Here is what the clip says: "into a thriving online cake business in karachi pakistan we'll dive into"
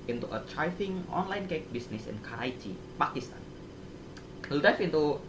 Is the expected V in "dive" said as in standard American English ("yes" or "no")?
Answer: no